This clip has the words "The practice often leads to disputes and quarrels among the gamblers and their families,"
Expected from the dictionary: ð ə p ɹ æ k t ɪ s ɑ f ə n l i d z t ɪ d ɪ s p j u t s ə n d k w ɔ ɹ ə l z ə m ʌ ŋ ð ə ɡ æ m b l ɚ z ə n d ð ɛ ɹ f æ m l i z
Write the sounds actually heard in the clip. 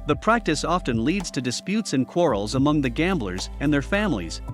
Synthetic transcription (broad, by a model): ð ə p ɹ æ k t ɪ s ɑ f ə n l i d z t ɪ d ɪ s p j u t s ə n k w ɔ ɹ l z ə m ʌ ŋ ð ə ɡ æ m b l ɚ z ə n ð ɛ ɹ f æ m l i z